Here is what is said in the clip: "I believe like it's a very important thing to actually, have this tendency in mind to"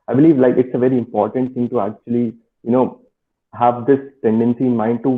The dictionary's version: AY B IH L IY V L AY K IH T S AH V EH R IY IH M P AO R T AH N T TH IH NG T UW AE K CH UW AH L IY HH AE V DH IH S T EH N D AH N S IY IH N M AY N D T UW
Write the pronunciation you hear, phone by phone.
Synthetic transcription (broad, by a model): AY B IH L IY V L AY K IH T S AH V EH R IY IH M P AO R T AH N T T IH NG T UW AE K CH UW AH L IY HH AE V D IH S T EH N D AH N S IY IH N M AY N D T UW